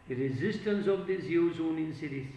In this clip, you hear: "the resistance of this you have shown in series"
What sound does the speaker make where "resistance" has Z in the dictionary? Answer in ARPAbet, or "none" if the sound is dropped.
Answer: Z